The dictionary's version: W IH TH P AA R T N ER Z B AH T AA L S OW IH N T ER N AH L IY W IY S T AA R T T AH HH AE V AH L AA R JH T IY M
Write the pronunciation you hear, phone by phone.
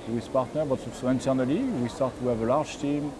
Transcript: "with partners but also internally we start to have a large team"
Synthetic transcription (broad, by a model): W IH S P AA R T N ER B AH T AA S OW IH N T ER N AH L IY W IY S T AA R T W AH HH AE V AH L AA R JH T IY M